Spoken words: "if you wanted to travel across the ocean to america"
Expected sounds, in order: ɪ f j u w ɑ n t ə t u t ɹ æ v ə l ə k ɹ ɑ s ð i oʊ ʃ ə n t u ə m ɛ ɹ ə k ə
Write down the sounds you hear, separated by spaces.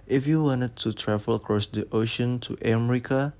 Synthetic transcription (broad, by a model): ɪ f j u w ɑ n t ə t u t ɹ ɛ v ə l ə k ɹ ɑ s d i oʊ ʃ ə n t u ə m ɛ ɹ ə k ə